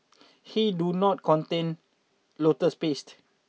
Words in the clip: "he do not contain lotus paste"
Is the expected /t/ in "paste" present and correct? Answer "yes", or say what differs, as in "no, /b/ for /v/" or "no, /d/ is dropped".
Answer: yes